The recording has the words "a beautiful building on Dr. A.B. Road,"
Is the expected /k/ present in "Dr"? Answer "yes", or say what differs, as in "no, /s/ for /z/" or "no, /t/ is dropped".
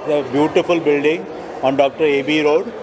yes